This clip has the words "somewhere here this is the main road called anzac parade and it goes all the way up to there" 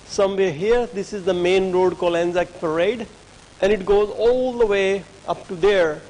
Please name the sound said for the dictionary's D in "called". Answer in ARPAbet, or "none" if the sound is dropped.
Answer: none